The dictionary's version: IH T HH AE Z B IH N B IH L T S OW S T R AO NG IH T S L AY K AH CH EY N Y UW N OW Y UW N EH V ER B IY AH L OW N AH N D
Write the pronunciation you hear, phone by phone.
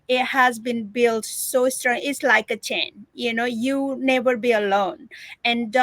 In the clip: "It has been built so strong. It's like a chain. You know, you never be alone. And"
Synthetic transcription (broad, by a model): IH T HH AE Z B IH N B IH L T S OW S T R AO NG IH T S L AY K AH CH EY N Y UW N OW Y UW N EH V ER B IY AH L OW N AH N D